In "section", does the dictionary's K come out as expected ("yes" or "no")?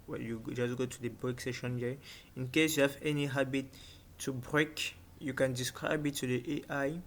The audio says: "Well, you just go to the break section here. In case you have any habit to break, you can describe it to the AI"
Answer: no